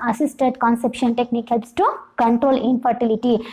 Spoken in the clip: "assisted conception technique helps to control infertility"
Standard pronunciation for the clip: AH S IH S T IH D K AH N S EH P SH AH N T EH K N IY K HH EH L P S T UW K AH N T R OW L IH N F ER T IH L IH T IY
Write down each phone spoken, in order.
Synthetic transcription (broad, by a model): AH S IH S T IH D K AH N S EH P SH AH N T EH K N IY K HH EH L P S T UW K AH N T R OW L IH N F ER T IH L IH T IY